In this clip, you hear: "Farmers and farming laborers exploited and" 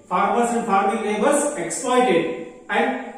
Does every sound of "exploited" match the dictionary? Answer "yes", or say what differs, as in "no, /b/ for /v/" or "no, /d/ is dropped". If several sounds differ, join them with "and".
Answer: yes